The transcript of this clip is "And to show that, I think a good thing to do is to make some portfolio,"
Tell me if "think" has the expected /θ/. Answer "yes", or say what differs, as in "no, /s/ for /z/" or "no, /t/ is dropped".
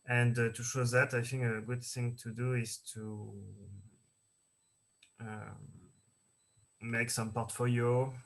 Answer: yes